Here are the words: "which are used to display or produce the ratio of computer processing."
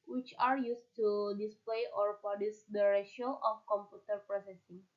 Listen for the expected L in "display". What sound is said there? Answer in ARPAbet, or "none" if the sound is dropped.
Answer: L